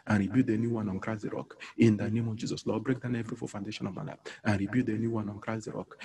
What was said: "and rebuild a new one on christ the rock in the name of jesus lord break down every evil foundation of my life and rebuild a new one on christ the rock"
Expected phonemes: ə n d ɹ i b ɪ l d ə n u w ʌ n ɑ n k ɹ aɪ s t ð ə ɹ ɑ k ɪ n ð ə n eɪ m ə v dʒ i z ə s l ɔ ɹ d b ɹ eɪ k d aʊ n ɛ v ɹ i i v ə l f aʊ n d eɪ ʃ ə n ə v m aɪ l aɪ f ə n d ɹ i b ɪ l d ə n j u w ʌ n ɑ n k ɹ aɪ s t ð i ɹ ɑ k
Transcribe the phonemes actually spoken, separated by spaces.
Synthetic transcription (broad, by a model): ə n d ɹ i b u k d ə n u w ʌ n ɑ n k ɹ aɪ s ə ɹ ɑ k ɪ n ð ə n eɪ m ə v dʒ i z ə s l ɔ b ɹ eɪ k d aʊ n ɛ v ɹ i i f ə f aʊ n d eɪ ʃ ə n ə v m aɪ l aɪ ə n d ɹ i b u d ə n j u w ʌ n ɑ n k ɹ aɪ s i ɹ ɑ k